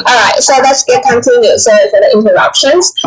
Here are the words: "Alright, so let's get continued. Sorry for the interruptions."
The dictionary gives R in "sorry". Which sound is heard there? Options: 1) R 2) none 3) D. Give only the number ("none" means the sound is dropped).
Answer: 2